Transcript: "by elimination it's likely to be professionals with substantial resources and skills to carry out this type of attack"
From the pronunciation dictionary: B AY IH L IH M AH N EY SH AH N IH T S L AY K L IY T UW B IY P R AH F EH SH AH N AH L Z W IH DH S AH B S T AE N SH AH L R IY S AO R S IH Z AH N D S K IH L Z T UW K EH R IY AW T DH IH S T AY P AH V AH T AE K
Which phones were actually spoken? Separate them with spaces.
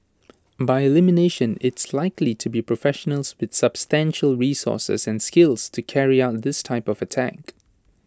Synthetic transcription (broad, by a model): B AY IH L IH M AH N EY SH AH N IH T S L AY K L IY T UW B IY P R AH F EH SH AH N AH L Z W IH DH S AH B S T AE N SH AH L R IY S AO S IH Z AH N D S K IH L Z T UW K EH R IY AW T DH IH S T AY P AH V AH T AE K